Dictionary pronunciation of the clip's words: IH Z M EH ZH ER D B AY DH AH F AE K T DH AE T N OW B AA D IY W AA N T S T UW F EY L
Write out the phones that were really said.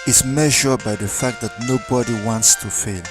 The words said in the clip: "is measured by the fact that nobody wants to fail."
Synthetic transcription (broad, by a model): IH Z M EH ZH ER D B AY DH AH F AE K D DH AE T N OW B AA D IY W AA N T S T UW F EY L